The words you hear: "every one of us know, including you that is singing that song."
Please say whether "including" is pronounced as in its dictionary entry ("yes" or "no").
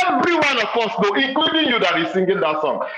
no